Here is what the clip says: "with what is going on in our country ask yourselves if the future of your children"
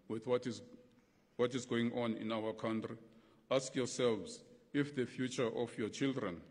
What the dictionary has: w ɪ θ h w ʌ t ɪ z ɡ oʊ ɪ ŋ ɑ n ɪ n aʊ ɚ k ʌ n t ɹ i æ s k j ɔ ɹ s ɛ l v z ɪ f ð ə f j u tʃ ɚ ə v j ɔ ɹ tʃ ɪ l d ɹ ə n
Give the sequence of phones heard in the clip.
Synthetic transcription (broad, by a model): w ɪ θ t w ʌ t ɪ z ɡ oʊ ɪ ŋ ɑ n ɪ n aʊ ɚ k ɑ n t ɹ i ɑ s k j ɔ s ɛ l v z ɪ f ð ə f j u tʃ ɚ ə f j ɔ tʃ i l d ɹ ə n